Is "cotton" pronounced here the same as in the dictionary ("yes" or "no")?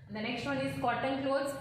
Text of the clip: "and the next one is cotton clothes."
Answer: no